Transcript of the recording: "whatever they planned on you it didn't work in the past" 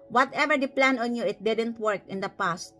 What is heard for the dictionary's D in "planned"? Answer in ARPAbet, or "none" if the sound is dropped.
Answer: none